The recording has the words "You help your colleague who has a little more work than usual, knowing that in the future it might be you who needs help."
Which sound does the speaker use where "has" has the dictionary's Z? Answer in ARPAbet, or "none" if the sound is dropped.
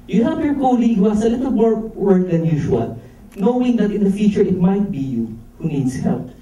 S